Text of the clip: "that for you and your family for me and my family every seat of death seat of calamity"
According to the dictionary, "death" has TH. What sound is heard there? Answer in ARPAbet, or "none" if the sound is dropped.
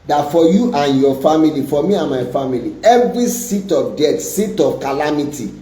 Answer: T